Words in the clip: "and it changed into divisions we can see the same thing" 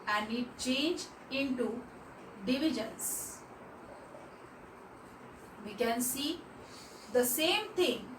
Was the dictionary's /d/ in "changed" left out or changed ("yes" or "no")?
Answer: yes